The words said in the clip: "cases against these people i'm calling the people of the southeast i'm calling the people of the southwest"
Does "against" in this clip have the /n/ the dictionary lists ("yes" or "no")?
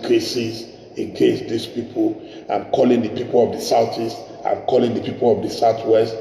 no